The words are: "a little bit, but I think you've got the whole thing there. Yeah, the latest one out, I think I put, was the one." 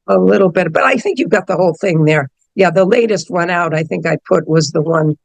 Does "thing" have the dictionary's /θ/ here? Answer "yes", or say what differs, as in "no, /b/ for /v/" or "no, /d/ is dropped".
yes